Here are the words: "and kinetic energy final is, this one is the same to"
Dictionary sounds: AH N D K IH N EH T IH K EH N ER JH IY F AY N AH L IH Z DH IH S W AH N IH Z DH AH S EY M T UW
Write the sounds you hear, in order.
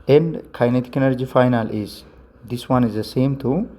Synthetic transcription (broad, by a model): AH N D K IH N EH T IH K EH N ER JH IY F AY N AH L IH Z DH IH S W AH N IH Z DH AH S EY M T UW